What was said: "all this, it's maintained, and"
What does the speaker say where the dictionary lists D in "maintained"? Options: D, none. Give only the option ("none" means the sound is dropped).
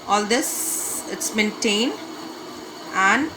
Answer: D